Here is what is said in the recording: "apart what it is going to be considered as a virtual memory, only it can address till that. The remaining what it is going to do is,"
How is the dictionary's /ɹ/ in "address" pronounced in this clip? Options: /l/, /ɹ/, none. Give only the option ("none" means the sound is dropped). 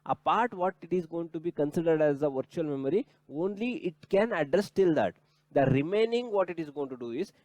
/ɹ/